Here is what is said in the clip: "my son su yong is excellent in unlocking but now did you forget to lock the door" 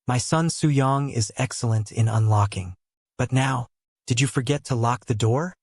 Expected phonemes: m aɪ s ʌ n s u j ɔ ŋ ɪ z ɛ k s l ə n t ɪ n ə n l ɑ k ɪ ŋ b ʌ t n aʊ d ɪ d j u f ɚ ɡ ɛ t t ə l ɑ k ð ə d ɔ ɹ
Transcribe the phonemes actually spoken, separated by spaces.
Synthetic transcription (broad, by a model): m aɪ s ʌ n s u j ɔ ŋ ɪ z ɛ k s l ə n t ɪ n ə n l ɑ k ɪ ŋ b ʌ t n aʊ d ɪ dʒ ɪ f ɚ ɡ ɛ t t ə l ɑ k ð ə d ɔ ɹ